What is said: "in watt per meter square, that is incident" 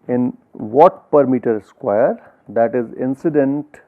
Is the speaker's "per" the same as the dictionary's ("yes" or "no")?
yes